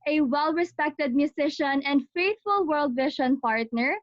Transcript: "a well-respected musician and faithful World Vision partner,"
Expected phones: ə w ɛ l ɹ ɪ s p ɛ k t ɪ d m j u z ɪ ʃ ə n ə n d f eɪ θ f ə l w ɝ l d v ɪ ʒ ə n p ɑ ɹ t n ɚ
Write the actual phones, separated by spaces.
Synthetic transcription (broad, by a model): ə w ɛ l ɹ ɪ s p ɛ k t ɪ d m j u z ɪ ʃ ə n ə n d f eɪ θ f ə l w ɝ l d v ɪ ʃ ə n p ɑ ɹ t n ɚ